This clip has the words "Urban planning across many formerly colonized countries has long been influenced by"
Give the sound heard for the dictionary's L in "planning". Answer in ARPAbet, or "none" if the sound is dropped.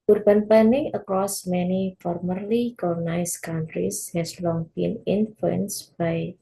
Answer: none